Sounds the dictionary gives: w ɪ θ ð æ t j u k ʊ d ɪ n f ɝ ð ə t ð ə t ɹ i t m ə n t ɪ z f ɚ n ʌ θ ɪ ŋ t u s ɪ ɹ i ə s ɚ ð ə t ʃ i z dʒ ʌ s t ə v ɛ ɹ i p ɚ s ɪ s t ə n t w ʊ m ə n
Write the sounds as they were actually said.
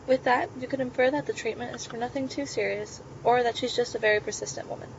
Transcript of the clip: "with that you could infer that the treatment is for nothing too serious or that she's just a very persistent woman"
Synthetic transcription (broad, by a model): w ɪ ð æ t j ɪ k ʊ d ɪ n f ɝ ð ə t ð ə t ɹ i t m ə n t ɪ z f ɚ n ʌ θ ɪ ŋ t u s ɪ ɹ i ə s ɚ ð ə t ʃ i z dʒ ʌ s t ə v ɛ ɹ i p ɚ s ɪ s t ə n t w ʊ m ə n